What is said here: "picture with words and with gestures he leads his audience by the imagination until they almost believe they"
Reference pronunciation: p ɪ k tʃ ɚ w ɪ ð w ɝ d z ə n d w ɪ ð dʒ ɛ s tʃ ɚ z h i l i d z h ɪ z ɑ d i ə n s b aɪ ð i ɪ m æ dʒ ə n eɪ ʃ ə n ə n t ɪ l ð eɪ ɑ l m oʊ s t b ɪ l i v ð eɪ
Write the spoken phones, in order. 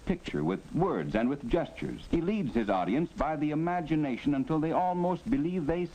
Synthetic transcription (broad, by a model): p ɪ k tʃ ɚ w ɪ ð w ɝ d z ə n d w ɪ ð dʒ ɛ s tʃ ɚ z h i l i d z h ɪ z ɑ d i ə n s b aɪ ð i ɪ m æ dʒ ə n eɪ ʃ ə n ə n t ɪ l ð eɪ ɑ l m oʊ s t b ɪ l i v ð eɪ